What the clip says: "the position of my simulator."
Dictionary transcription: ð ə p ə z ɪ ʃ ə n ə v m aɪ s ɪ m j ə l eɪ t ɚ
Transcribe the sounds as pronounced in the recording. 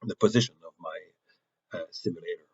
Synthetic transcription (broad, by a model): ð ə p ə z ɪ ʃ ə n ə v m aɪ s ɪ m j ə l eɪ t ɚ